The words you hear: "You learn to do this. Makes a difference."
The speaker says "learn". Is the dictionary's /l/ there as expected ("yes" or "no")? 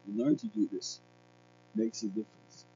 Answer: no